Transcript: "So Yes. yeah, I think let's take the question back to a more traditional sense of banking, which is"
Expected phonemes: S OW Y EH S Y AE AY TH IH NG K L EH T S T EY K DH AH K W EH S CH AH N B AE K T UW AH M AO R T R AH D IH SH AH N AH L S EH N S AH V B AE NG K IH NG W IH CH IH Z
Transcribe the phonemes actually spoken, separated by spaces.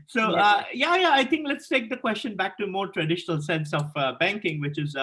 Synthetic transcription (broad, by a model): S OW Y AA Y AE AY T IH NG K L EH T S T EY K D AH K W EH S CH AH N B AE K T UW M AO R T R AH D IH SH AH N AH L S EH N S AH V B AE NG K IH NG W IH CH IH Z